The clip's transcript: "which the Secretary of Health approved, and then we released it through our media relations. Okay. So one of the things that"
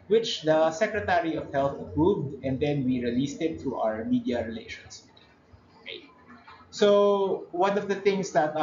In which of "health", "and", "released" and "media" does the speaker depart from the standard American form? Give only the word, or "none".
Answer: none